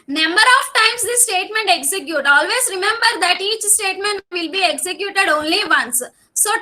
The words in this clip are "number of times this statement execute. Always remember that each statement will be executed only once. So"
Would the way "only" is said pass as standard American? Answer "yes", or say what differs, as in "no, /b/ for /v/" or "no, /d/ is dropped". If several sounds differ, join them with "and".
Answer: yes